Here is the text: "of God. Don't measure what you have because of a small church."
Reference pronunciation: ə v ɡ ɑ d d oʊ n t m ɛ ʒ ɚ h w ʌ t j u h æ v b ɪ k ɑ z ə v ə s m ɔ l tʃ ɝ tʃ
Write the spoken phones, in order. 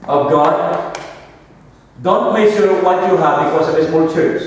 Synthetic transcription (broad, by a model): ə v ɡ ɑ d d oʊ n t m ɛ s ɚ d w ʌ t j u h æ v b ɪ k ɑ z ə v ə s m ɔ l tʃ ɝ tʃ